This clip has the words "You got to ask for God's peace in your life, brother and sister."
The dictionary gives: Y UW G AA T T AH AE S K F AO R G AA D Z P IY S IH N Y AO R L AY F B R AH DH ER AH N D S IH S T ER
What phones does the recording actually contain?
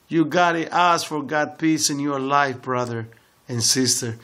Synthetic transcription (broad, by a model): Y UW G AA T T AH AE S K F AO R G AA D P IY S IH N Y AO R L AY F B R AH DH ER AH N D S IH S T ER